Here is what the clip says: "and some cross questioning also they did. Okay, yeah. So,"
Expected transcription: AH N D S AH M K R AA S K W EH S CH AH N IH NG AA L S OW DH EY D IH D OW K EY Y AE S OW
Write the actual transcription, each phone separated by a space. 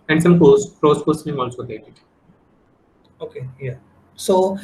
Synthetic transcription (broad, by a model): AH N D S AH M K AA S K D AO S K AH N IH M AA L S OW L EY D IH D OW K EY Y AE S OW